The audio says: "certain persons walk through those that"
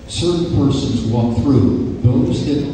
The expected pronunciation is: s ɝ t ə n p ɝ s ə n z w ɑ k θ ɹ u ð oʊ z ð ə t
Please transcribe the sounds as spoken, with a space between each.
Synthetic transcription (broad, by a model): s ɝ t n p ɝ s ə n z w ɑ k θ ɹ u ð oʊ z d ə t